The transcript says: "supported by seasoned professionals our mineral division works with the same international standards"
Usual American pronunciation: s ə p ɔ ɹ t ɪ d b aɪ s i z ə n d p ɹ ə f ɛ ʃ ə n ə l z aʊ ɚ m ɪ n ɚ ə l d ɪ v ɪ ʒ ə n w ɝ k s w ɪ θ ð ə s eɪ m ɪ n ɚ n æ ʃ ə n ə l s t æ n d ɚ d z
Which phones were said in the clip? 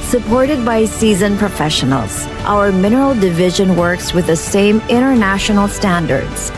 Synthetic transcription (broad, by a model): s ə p ɔ ɹ t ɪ d b aɪ s i z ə n p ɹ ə f ɛ ʃ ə n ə l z aʊ ɚ m ɪ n ɚ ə l d ɪ v ɪ ʒ ə n w ɝ k s w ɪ ð ə s eɪ m ɪ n ɚ n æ ʃ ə n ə l s t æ n d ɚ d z